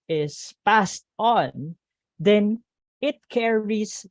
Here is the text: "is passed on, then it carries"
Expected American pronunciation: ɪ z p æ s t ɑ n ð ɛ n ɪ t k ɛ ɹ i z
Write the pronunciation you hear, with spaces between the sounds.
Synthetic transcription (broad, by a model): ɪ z p æ s t ɑ n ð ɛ n ɪ t k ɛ ɹ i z